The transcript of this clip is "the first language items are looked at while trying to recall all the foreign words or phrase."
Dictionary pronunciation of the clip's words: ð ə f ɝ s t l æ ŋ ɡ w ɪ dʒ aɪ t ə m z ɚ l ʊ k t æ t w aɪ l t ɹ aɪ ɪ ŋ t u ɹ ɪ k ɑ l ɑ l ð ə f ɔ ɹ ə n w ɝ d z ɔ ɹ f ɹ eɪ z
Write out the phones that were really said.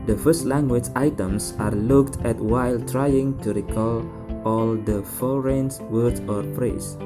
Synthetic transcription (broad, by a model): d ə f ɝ s t l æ ŋ ɡ w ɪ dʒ aɪ t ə m s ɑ l ʊ k t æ t w aɪ l t ɹ aɪ ɪ ŋ t u ɹ ɪ k ɑ l ɑ l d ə f ɔ ɹ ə n w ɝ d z ɔ ɹ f ɹ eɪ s